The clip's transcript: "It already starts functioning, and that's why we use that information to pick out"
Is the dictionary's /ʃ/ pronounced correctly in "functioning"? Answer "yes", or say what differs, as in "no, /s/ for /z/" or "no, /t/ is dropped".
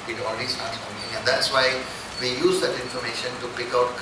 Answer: no, /ʃ/ is dropped